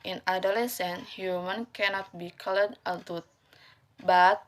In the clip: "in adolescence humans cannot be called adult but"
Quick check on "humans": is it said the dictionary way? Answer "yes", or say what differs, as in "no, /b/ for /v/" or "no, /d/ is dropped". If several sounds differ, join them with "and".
no, /z/ is dropped